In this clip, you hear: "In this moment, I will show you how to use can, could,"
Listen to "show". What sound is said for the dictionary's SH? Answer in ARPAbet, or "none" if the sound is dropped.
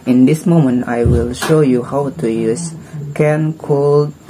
SH